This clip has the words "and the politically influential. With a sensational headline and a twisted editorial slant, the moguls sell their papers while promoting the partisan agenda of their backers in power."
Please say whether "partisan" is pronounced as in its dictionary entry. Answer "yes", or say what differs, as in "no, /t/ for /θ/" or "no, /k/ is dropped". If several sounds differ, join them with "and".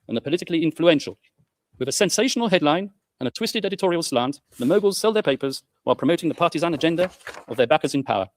yes